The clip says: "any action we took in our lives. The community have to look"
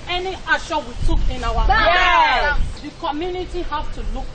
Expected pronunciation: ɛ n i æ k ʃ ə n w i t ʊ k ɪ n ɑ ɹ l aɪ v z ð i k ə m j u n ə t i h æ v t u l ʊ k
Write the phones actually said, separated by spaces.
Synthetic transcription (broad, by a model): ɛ n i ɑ ʃ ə w i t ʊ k ɪ n ɑ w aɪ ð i k ə m j u n ə t i h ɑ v t u l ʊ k